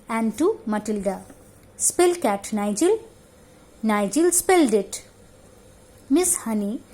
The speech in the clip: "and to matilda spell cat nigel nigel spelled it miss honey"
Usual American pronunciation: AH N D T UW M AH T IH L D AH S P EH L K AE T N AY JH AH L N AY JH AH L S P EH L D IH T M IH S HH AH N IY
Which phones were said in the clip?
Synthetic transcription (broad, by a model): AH N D T UW M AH T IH L D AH S P EH L K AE T N AY JH AH L N AY JH AH L S P EH L D IH T M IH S HH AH N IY